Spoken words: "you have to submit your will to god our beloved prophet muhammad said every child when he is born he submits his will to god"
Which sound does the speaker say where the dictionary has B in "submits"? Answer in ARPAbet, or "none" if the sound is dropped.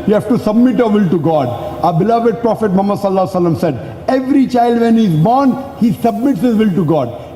B